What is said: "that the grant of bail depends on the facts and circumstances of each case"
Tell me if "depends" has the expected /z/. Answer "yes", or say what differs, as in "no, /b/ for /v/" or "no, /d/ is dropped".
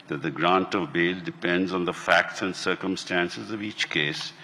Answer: yes